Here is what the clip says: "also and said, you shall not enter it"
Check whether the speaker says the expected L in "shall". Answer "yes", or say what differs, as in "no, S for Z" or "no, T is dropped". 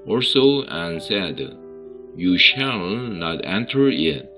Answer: yes